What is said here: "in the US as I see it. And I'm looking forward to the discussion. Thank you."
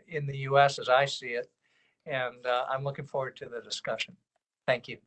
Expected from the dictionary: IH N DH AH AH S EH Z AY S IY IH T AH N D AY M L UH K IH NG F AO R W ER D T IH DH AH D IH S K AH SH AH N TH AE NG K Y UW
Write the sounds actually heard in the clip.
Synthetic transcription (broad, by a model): IH N DH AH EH S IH Z AY S IY IH T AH N AY M L UH K IH NG F AO R W ER D T IH DH AH D IH S K AH SH AH N TH AE NG K Y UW